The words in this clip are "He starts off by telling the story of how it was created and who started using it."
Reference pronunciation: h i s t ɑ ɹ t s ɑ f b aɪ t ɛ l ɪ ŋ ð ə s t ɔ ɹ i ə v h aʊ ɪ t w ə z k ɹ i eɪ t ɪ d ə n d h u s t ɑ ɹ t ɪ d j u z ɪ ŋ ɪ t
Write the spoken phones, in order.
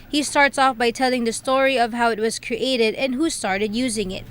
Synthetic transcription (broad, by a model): h i s t ɑ ɹ t s ɑ f b aɪ t ɛ l ɪ ŋ ð ə s t ɔ ɹ i ə v h aʊ ɪ t w ə z k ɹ i eɪ t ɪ d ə n h u s t ɑ ɹ t ɪ d j u z ɪ ŋ ɪ t